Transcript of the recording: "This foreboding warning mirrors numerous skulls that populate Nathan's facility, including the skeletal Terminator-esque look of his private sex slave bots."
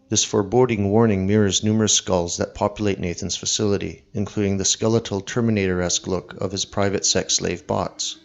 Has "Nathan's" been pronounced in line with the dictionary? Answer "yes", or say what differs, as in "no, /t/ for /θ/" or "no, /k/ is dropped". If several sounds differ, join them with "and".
yes